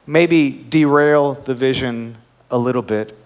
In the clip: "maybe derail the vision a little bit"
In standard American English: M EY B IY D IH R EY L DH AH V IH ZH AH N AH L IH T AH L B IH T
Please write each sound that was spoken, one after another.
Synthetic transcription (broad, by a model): M EY B IY D IH R EY L DH AH V IH ZH AH N AH L IH T L B IH T